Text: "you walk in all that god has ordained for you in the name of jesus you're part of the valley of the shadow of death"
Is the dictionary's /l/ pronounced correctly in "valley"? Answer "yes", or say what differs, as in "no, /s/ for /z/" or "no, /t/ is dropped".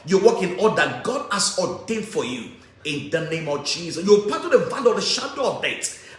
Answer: no, /n/ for /l/